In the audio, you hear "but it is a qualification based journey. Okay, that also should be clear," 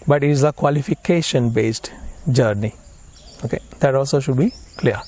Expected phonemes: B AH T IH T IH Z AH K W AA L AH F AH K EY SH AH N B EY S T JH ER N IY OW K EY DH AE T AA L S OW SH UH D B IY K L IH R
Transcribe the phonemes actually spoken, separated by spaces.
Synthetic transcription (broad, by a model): B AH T IH T IH Z AH K W AA L AH F AH K EY SH AH N B EY S T JH ER N IY OW K EY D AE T AA L S OW SH UH D B IY K L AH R